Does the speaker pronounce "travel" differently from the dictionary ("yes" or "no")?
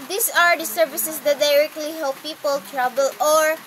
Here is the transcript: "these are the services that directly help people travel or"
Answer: yes